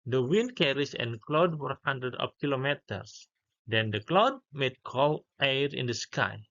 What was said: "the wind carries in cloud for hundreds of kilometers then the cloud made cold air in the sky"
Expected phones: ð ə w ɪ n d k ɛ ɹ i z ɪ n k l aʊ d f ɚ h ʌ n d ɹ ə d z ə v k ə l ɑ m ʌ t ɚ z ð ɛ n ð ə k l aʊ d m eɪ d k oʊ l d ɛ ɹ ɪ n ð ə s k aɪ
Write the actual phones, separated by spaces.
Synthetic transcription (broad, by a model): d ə w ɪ n d k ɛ ɹ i s ɪ n k l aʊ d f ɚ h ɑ n d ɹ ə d ə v k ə l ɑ m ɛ t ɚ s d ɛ n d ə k l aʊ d m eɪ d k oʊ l ɛ ɹ ɪ n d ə s k aɪ